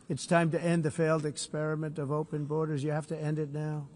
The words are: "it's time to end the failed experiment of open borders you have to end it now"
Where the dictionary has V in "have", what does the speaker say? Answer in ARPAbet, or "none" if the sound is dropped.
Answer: F